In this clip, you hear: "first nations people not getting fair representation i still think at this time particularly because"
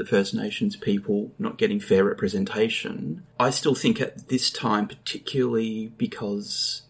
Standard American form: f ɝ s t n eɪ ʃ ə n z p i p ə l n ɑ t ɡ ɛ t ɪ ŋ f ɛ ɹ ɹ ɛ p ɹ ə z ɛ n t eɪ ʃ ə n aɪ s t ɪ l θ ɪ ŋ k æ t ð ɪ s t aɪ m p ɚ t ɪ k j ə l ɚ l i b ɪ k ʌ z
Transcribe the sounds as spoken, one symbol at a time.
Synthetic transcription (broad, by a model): f ɝ s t n eɪ ʃ n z p i p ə l n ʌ t ɡ ɛ t ɪ ŋ f ɛ ɹ ɹ ɛ p ɹ ə z ɛ n t eɪ ʃ ə n aɪ s t ɪ l θ ɪ ŋ k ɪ t ð ɪ s t aɪ m p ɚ t ɪ k j l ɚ l i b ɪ k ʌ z